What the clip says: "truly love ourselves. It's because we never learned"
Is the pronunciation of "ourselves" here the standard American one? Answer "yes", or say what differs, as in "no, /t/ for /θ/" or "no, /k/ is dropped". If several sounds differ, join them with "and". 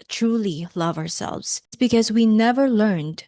yes